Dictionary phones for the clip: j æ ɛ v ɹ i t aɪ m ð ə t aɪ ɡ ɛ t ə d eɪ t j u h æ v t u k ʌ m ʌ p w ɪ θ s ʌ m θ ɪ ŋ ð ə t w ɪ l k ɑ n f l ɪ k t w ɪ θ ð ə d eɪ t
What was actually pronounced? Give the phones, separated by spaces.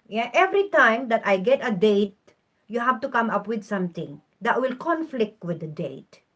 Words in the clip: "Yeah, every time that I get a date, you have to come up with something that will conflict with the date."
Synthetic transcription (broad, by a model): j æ ɛ v ɹ i t aɪ m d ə t aɪ ɡ ɛ t ə d eɪ t j u h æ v t u k ʌ m ʌ p w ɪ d s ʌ m t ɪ ŋ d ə t w ɪ l k ɑ n f l ɪ k t w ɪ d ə d eɪ t